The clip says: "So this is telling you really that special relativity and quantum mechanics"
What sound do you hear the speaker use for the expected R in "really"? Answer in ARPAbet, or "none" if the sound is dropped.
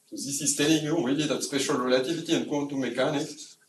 W